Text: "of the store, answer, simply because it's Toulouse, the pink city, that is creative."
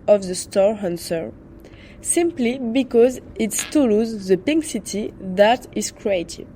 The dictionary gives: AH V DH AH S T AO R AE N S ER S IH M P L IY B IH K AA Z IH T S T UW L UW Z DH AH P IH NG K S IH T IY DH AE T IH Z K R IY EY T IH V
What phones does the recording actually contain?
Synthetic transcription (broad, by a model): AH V DH AH S T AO R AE N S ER S IH M P L IY B IH K AA Z IH T S T UW L UW Z DH AH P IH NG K S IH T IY DH AE T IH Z K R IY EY T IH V